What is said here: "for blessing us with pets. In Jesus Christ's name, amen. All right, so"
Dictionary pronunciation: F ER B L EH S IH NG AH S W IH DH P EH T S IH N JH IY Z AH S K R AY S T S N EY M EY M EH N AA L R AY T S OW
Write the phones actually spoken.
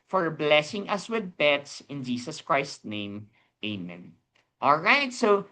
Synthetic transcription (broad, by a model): F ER B L EH S IH NG AH S W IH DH B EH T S IH N JH IY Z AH S K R AY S S N EY M EY M EH N AA L R AY T S OW